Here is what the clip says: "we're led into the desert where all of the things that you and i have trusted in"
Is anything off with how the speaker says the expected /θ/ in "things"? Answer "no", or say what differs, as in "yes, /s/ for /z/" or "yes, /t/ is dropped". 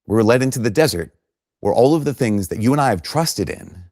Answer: no